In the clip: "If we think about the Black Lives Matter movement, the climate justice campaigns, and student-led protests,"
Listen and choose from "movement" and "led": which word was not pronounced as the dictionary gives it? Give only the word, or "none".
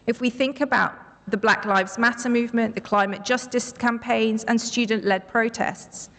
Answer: none